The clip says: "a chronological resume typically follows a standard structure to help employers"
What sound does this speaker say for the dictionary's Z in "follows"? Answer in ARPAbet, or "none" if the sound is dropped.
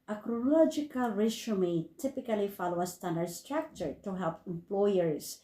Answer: none